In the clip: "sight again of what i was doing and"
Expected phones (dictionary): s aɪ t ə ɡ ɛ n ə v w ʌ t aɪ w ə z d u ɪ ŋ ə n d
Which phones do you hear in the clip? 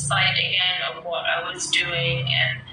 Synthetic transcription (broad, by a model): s aɪ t ə ɡ ɛ n ə v w ʌ t aɪ w ə z d u ɪ ŋ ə n